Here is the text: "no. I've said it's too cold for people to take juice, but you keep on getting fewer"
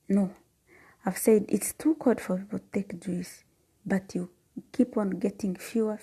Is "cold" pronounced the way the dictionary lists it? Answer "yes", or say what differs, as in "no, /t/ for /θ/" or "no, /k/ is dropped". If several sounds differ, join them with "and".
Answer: no, /l/ is dropped